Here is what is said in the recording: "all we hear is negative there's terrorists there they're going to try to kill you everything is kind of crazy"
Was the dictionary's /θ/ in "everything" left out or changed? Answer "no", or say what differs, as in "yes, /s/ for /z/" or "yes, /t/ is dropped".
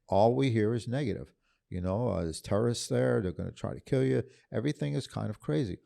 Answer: no